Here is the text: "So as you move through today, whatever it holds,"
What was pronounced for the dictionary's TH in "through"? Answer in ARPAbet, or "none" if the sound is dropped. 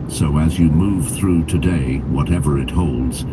TH